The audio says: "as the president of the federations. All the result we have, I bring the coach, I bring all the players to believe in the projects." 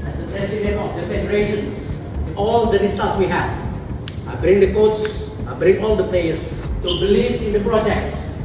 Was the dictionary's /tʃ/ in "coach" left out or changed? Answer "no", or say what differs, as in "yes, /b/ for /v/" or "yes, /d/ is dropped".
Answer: yes, /s/ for /tʃ/